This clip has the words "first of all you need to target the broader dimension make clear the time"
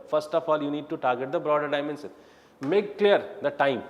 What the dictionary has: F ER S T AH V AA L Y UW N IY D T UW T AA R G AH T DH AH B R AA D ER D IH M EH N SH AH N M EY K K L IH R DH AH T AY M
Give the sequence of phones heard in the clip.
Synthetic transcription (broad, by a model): F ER S T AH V AA L Y UW N IY D T UW T AA R G AH T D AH B R AA D ER D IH M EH N S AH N M EY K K L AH R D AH T AY M